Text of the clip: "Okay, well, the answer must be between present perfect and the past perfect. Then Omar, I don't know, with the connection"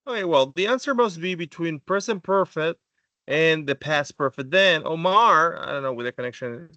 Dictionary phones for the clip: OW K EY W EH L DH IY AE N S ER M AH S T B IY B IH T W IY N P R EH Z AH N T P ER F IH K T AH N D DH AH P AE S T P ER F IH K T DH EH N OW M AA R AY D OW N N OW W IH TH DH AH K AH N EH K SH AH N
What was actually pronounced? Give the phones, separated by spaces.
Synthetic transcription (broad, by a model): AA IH W EH L DH IY AE N S ER M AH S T B IY B IH T W IY N P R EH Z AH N P ER F IH K T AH N DH AH P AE S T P ER F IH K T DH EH N OW M AA R AY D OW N N OW W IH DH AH K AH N EH K SH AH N